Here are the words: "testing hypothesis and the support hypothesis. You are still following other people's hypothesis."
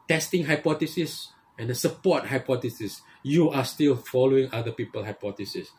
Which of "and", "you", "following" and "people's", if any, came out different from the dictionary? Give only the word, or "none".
people's